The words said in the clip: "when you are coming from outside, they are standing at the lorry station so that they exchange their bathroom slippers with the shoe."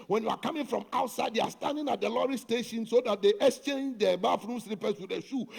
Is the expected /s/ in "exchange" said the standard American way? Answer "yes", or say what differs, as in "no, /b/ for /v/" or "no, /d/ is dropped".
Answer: yes